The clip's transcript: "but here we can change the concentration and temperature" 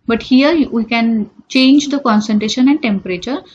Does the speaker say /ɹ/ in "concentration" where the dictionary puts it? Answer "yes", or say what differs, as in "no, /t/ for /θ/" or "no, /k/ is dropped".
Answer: yes